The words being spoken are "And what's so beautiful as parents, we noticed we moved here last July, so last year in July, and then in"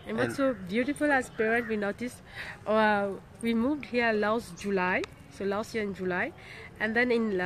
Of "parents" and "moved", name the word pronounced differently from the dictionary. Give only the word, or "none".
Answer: parents